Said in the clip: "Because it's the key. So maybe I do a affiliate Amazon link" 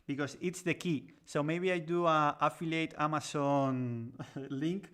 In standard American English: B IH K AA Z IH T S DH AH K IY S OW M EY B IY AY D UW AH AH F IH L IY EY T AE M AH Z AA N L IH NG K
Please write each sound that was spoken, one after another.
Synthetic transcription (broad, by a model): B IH K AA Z IH T S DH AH K IY S OW M EY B IY AY D UW AH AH F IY L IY EY T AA M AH S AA N L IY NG K